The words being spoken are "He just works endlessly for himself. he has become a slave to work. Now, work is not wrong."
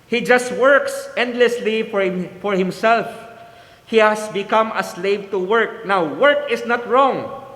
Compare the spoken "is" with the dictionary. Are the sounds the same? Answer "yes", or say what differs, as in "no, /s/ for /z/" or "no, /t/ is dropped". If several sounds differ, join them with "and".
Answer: no, /s/ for /z/